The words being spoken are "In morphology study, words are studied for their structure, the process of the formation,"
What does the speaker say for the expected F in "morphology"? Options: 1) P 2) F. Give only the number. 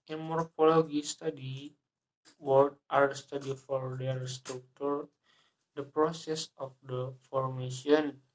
1